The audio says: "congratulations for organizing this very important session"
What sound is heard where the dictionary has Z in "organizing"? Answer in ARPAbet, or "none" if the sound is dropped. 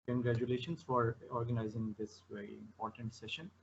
Z